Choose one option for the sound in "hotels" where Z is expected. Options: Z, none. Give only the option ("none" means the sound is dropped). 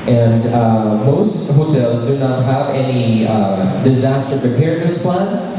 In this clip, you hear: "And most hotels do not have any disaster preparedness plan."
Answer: Z